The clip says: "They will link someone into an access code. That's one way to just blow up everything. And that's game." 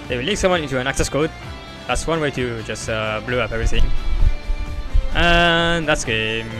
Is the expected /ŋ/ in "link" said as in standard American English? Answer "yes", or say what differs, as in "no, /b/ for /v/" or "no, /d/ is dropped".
no, /ŋ/ is dropped